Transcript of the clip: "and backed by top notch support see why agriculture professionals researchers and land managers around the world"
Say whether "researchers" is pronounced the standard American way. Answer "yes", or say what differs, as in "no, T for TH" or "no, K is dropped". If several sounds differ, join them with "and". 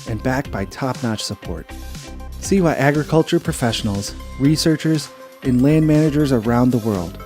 yes